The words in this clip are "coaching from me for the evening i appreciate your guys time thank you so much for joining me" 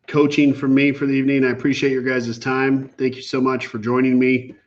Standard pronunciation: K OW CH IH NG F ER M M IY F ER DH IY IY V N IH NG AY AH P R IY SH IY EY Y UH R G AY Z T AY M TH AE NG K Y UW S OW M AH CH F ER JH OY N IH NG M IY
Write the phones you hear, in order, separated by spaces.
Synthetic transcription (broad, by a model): K OW CH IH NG F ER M M IY F ER DH IY IY V N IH NG AY AH P R IY SH IY EY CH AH R G AY Z T AY M TH AE NG K Y UW S OW M AH CH F ER JH OY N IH NG M IY